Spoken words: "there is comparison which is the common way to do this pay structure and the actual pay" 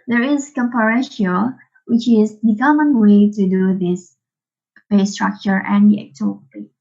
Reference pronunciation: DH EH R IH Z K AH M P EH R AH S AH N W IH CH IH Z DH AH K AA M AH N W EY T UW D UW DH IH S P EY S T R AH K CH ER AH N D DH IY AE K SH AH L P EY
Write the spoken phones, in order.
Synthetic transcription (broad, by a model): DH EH R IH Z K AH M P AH R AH SH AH L W IH CH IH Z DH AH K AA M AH N W EY T UW D UW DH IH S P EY S T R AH K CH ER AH N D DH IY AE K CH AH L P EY